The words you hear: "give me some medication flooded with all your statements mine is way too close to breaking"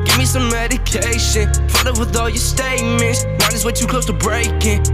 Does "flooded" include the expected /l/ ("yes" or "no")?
no